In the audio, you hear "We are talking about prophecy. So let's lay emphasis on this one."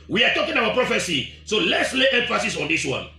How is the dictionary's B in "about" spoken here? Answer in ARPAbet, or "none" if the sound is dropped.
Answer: none